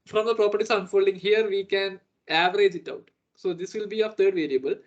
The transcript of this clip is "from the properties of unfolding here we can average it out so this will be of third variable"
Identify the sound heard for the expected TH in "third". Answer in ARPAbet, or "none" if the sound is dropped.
T